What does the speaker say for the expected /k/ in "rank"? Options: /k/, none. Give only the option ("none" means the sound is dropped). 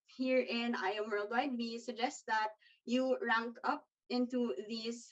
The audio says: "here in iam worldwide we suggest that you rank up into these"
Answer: /k/